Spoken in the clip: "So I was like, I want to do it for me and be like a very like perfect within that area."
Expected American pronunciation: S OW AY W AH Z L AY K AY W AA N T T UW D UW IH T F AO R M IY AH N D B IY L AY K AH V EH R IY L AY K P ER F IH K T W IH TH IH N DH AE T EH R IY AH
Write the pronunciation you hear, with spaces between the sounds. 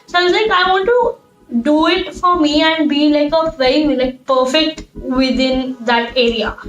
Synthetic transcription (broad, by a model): S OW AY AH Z L AY K AY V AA N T T UW D UW IH T F AO R M IY AH N D B IY L AY K AH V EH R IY L AY K P ER F IH K T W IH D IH N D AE T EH R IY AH